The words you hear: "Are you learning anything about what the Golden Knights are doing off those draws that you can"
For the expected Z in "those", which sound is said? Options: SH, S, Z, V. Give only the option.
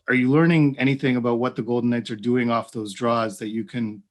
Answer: Z